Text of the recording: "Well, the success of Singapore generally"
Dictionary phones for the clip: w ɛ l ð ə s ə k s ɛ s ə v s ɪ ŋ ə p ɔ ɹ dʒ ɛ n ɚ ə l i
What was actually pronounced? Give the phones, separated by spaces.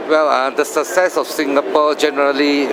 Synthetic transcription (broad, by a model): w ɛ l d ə s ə s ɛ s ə f s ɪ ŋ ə p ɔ dʒ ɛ n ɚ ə l i